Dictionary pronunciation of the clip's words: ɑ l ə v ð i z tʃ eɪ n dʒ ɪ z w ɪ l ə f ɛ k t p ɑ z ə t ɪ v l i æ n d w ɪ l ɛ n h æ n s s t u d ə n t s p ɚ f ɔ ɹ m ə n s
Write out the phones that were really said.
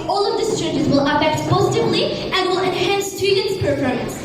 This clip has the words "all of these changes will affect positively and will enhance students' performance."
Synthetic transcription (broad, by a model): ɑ l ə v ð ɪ s tʃ eɪ n dʒ ɪ z w ɪ l ə f ɛ k t p ɑ z ə t ɪ v l i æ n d w ɪ l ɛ n h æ n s s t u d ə n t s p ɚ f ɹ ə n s